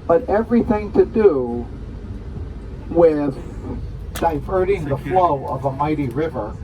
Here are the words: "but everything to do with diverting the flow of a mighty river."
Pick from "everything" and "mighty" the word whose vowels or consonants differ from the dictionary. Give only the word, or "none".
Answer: none